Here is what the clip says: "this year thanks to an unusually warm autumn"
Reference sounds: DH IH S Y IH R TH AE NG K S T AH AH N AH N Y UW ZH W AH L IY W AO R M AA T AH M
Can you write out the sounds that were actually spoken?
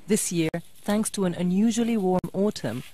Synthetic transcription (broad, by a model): DH IH S Y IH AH TH AE NG K S T AH AH N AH N Y UW ZH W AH L IY W AO R M AA T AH M